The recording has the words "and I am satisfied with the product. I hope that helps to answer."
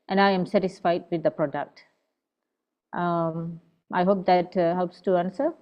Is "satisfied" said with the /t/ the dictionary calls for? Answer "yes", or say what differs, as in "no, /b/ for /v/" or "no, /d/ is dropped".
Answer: yes